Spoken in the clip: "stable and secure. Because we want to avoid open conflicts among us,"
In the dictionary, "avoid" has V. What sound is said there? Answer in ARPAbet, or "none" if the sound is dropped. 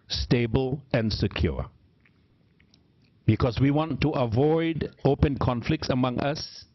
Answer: V